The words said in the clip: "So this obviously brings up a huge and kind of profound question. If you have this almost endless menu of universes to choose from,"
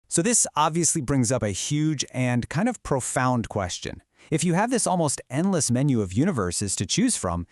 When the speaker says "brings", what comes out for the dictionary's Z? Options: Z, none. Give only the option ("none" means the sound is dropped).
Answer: Z